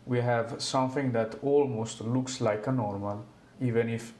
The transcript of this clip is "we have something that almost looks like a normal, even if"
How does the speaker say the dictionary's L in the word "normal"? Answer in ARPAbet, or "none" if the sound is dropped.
L